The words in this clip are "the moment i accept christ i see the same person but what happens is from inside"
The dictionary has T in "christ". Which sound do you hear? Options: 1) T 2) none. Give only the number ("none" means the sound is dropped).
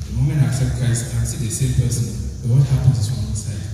2